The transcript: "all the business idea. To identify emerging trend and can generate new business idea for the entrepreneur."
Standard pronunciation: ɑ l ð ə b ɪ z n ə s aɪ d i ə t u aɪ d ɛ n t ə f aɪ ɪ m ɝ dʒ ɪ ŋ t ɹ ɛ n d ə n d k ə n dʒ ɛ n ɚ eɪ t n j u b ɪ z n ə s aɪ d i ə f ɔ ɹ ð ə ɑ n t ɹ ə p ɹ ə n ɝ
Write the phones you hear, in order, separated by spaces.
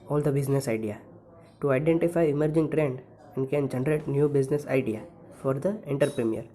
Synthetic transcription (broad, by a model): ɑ l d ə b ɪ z n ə s aɪ d i ə t u aɪ d ɛ n t ə f aɪ ɪ m ɝ dʒ ɪ ŋ t ɹ ɛ n d ə n d k ə n dʒ ɛ n ɚ eɪ t n j u b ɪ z n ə s aɪ d i ə f ɔ ɹ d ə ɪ n t ɹ p ɹ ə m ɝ